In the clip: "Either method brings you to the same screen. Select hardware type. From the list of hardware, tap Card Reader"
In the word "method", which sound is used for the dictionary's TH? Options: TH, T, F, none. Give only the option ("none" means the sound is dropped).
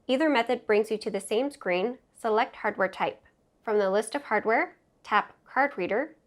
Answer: TH